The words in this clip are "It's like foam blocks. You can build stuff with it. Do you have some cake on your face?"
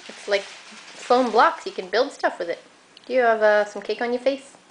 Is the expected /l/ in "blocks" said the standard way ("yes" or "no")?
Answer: yes